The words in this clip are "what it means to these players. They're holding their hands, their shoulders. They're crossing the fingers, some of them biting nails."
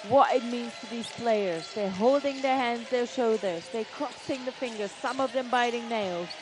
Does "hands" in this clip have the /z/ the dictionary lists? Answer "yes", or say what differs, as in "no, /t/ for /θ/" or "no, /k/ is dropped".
yes